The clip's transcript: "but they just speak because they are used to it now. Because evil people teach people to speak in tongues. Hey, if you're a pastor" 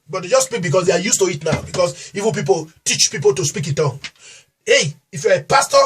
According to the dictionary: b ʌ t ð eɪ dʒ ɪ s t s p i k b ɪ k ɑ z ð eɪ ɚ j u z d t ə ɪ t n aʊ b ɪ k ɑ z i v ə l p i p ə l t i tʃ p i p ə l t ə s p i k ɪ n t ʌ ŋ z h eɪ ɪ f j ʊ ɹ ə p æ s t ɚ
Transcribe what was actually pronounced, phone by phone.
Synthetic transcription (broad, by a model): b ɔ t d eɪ dʒ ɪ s s p i k b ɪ k ɑ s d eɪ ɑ j u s t ə ɪ t n aʊ b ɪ k ɑ s i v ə n p i p ə l t i tʃ p i p ə l t ə s p i k ɪ n t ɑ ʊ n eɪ ɪ f j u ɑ ə p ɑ s t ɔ